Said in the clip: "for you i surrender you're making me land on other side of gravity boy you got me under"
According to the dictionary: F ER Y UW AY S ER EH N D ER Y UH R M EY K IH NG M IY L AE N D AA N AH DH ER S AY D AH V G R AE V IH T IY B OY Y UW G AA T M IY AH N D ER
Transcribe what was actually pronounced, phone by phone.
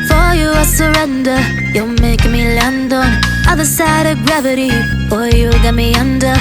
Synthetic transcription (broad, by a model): F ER Y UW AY S ER EH N D ER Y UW L M EY IH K M IY L AE N D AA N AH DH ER S AY D AH V G R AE V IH T IY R Y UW G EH T M IY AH N D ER